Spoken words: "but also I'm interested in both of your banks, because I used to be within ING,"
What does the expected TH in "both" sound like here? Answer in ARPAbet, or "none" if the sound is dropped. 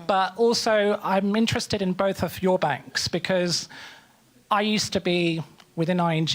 TH